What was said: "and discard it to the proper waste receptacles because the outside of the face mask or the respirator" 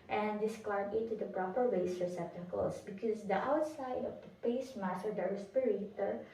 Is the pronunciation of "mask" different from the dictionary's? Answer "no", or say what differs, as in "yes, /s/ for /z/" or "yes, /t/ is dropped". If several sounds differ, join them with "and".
yes, /k/ is dropped